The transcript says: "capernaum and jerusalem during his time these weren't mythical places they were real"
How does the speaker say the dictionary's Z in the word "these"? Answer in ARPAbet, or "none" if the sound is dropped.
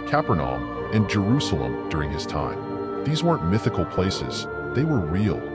Z